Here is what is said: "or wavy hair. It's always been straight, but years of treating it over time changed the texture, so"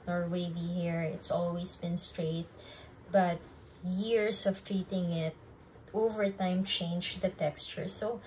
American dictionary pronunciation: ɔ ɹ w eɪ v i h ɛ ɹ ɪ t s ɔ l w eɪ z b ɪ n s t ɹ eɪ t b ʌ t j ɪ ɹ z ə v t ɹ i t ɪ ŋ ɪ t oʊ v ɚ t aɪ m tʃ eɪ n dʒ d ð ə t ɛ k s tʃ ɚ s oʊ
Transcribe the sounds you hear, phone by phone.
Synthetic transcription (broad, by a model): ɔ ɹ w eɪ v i h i ɹ ɪ t s ɔ l w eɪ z b ɪ n s t ɹ eɪ t b ʌ t j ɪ ɹ s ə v t ɹ i t ɪ ŋ ɪ t oʊ v ɚ t aɪ m tʃ eɪ n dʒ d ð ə t ɛ k s tʃ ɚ s oʊ